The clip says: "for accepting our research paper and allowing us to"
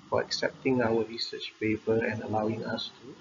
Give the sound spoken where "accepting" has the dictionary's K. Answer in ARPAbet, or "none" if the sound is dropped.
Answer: K